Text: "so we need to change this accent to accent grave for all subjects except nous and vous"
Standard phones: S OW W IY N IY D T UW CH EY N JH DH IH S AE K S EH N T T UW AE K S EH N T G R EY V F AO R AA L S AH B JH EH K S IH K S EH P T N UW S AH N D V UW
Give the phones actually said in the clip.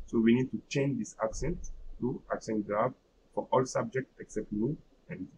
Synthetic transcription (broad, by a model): S OW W IY N IY D T UW CH EY N JH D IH S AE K S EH N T T UW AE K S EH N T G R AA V F AO R AA L S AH B JH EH K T IH K S EH P T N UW AH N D